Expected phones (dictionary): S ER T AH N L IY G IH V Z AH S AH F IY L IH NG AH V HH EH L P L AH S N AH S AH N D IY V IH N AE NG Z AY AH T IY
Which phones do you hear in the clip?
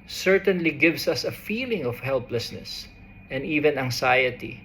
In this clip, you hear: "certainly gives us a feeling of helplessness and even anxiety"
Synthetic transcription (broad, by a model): S ER T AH N L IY G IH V S AH S AH F IY L IH NG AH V HH EH L P L AH S N AH S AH N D IY V IH N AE NG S AY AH T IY